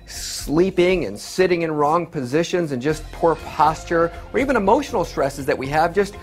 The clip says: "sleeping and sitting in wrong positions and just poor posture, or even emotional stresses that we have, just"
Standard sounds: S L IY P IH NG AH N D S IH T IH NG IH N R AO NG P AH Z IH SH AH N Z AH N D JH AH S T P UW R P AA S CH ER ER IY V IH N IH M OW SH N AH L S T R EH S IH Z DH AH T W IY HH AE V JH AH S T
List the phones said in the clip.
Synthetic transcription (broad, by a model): S L IY P IH NG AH N S IH T IH NG IH N R AO NG P AH Z IH SH AH N Z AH N JH AH S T P UW R P AA S CH ER ER IY V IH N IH M OW SH N L S T R EH S IH Z DH AH T W IY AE V JH AH S T